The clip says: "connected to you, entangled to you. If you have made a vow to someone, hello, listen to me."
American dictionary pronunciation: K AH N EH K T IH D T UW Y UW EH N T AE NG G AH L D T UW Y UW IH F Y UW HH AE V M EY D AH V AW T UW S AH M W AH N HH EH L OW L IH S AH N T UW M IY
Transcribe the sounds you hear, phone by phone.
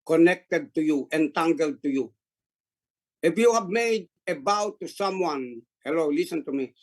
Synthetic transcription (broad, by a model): K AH N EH K T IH D T UW Y UW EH N T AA NG G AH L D T UW Y UW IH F Y UW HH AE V M EY D AH B AW T UW S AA M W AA N HH EH L OW L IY S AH N T UW M IY